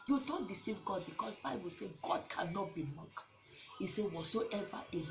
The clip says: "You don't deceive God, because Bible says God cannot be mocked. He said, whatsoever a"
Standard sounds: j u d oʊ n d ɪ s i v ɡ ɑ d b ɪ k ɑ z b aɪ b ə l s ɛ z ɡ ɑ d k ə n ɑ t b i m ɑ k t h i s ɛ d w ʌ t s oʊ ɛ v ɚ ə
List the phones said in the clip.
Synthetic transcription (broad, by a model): j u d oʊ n d ɪ s i v ɡ ɑ d b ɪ k ɑ s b aɪ b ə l s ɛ ɡ ɑ d k ə n ɑ t b i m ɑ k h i s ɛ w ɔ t s oʊ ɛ v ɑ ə